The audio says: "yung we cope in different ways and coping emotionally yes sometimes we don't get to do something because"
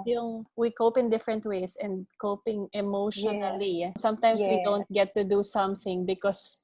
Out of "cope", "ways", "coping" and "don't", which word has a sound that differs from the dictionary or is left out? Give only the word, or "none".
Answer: ways